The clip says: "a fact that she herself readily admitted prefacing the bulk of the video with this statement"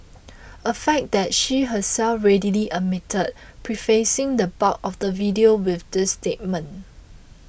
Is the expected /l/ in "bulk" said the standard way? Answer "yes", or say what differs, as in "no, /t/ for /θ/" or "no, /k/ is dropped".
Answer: no, /l/ is dropped